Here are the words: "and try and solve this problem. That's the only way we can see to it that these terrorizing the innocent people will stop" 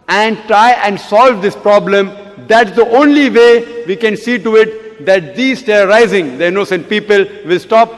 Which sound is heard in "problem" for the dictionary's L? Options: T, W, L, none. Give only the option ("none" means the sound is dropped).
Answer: L